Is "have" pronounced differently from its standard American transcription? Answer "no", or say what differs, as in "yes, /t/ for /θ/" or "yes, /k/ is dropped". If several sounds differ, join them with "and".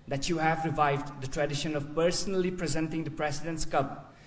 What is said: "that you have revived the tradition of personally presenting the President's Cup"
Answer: no